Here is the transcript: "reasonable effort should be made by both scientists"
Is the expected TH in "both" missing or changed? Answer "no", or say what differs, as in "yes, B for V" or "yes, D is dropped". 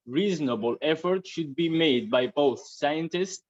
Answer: no